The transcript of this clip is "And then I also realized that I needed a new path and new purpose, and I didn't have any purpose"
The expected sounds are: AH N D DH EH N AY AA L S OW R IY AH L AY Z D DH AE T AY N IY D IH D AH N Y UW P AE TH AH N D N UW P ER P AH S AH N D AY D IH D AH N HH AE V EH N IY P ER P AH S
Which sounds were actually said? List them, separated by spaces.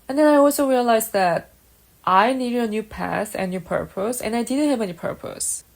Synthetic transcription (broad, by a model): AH N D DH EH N AY AA L S OW R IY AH L AY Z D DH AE T AY N IY D IH D AH N Y UW P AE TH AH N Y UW P ER P AH S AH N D AY D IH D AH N HH AE V EH N IY P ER P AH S